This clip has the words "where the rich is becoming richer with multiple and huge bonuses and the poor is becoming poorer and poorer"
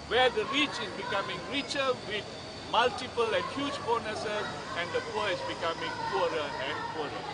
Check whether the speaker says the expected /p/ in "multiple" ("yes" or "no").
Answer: yes